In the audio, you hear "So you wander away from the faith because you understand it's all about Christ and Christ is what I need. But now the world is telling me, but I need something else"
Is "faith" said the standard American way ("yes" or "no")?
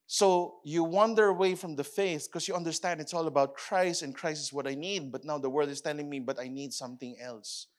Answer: yes